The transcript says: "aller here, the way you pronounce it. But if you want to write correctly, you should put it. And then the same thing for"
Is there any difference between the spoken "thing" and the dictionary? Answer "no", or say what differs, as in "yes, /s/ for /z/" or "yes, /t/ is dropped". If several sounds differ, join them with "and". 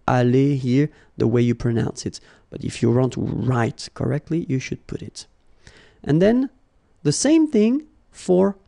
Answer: no